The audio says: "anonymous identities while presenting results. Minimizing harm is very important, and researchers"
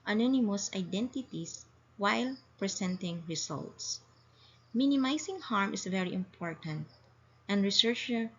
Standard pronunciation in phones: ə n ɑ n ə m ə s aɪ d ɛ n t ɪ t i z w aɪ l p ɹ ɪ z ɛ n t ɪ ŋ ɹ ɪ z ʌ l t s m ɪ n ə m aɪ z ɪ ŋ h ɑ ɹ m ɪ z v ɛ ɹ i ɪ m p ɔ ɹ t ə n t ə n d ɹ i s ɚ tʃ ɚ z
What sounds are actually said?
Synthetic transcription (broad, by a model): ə n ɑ n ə m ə s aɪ d ɛ n t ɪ t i s w aɪ l p ɹ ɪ s ɛ n t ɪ ŋ ɹ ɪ s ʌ l t s m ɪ n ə m aɪ s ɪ ŋ h ɑ ɹ m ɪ s v ɛ ɹ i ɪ m p ɔ ɹ t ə n t ə n d ɹ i s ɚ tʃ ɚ